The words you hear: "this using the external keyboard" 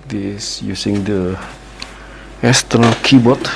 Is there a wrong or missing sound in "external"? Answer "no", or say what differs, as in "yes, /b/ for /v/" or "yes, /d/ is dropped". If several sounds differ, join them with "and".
yes, /k/ is dropped